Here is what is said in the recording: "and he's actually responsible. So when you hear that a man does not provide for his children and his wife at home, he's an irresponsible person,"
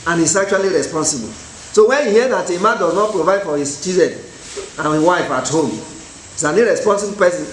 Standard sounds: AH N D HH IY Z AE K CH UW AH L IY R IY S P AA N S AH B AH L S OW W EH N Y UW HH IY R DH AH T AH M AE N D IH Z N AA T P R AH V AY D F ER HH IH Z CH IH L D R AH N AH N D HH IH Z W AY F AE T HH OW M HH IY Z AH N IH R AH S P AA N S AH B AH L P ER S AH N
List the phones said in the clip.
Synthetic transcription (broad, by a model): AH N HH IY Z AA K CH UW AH L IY R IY S P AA N S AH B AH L S OW W EH N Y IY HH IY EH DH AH T AH M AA N D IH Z N AA T P R AH V AY D F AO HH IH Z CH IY D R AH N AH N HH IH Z W AY F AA T HH OW M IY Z AH N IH R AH S P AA N S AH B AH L P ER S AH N